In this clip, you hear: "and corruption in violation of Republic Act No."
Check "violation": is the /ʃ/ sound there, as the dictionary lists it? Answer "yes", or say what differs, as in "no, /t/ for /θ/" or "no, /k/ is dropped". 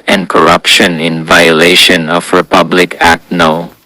yes